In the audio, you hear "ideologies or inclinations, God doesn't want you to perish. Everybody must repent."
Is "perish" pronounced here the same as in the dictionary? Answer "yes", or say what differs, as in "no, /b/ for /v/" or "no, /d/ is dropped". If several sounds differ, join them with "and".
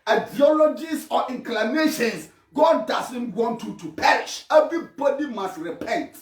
yes